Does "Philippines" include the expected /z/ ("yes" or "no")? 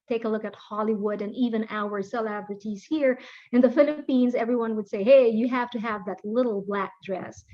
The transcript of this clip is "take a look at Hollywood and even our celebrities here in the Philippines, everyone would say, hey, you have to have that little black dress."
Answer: yes